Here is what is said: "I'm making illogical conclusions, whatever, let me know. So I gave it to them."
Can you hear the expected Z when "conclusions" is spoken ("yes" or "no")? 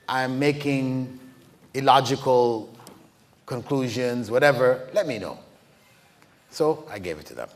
yes